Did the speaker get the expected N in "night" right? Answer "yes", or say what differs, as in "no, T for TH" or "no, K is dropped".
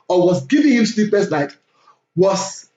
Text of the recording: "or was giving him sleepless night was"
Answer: no, L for N